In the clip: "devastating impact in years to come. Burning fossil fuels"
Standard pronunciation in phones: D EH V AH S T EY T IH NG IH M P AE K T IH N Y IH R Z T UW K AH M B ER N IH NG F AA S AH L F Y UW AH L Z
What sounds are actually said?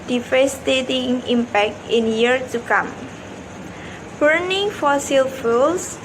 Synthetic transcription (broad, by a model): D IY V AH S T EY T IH NG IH M P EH K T IH N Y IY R T UW K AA M B ER N IH NG F AA S AH L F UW L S